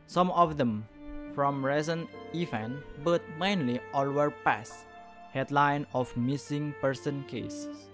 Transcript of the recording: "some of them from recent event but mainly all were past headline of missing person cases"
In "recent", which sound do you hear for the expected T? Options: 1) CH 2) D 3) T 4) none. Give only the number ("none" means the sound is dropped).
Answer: 4